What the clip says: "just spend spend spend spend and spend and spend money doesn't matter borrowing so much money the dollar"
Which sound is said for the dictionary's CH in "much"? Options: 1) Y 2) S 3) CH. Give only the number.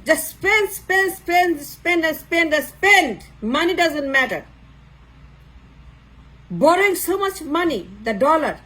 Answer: 3